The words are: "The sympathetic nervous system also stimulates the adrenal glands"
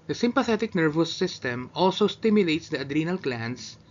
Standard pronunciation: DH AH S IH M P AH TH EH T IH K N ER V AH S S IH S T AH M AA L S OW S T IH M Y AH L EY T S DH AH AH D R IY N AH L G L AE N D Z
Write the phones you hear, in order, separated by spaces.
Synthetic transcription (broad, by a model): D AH S IH M P AH TH EH T IH K N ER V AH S S IH S T AH M AA L S OW S T IH M Y AH L EY T S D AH AH D R IY N AH L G L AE N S